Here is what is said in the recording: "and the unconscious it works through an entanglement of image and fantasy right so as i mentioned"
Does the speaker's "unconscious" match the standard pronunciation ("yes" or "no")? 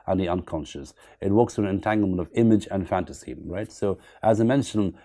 yes